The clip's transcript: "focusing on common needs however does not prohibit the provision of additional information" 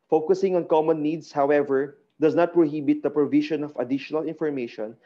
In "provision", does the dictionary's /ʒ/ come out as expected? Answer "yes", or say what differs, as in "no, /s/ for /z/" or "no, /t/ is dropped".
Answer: no, /ʃ/ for /ʒ/